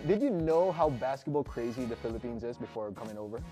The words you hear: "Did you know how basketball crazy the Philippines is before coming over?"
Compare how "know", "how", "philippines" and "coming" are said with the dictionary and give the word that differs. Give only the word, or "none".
none